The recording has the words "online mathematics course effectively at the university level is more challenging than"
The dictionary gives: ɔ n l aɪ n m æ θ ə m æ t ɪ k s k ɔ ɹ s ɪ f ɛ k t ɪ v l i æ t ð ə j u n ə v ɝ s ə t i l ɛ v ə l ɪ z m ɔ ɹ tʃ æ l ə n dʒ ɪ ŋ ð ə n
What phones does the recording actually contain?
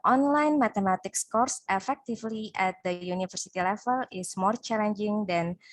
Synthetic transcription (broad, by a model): ɔ n l aɪ n m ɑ t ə m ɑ t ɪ k s k ɔ ɹ s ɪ f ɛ k t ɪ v l i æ t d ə j u n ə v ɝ s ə t i l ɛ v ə l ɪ s m ɔ ɹ tʃ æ l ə n dʒ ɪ ŋ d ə n